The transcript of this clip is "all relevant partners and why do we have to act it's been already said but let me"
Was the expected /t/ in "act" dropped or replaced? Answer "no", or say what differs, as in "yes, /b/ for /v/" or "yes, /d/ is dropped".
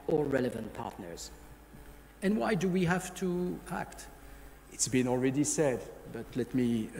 no